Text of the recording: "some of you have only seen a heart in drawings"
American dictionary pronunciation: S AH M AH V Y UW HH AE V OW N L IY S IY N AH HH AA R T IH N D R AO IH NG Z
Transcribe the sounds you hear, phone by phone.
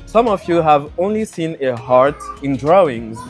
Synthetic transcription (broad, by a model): S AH M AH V Y UW HH AE V OW N L IY S IY N AH HH AA R T IH N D R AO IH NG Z